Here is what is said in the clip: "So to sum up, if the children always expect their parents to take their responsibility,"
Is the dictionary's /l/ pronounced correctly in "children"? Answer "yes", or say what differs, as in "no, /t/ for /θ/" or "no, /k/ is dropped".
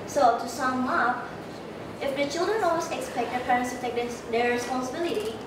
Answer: yes